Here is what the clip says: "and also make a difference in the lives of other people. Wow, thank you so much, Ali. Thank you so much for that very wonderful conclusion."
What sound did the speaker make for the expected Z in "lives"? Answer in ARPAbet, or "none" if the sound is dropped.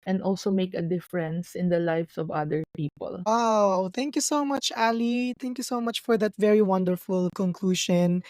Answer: S